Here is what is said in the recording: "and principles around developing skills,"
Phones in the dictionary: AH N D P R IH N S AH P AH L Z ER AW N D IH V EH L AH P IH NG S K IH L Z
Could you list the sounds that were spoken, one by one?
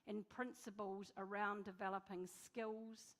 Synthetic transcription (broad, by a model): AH N P R IH N S AH P AH L Z ER AW N D IH V EH L AH P IH NG S K IH L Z